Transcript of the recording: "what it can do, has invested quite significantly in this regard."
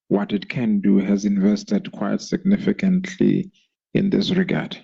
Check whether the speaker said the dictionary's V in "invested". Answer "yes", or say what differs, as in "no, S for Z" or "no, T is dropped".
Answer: yes